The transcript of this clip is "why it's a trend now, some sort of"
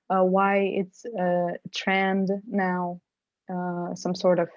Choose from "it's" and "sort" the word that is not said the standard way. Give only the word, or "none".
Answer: none